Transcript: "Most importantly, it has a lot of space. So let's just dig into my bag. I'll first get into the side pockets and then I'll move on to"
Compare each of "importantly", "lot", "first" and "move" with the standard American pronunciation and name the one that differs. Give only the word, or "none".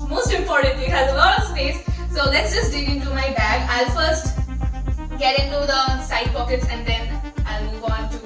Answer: none